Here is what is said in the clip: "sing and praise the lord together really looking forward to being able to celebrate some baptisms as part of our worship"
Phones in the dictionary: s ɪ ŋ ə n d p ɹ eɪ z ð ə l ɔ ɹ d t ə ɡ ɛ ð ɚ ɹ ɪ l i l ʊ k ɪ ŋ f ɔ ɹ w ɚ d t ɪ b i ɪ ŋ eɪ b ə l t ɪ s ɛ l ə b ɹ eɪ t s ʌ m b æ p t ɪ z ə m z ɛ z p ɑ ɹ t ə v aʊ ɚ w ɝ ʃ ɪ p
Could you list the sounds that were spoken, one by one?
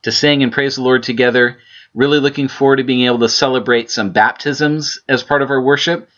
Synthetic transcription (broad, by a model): s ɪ ŋ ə n p ɹ eɪ z ð ə l ɔ ɹ d t ə ɡ ɛ ð ɚ ɹ ɪ l i l ʊ k ɪ ŋ f ɔ ɹ w ɚ d t ɪ b i ɪ ŋ eɪ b l t ɪ s ɛ l ə b ɹ eɪ t s ʌ m b æ p t ɪ z ə m z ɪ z p ɑ ɹ t ə v aʊ ɚ w ɝ ʃ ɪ p